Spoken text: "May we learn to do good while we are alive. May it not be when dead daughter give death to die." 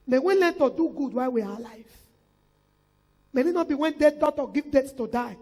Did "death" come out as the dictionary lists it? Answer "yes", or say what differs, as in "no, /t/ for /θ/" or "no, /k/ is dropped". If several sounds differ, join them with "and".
no, /s/ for /θ/